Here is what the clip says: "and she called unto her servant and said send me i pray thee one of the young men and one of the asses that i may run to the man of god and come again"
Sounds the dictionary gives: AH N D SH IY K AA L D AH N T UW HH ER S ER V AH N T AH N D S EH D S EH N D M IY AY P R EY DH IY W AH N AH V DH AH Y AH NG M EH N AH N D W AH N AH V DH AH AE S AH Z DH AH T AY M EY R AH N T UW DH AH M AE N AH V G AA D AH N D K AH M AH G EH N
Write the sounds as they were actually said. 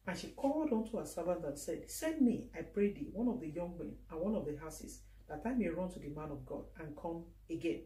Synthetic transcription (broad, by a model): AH N SH IY K AA L D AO N T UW HH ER S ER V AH N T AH N S EH D S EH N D M IY AY P R EY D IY W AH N AH V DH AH Y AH NG M EH N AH N W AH N AH V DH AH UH S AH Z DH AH T AY M EY R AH N T UW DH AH M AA N AH V G AA D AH N K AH M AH G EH N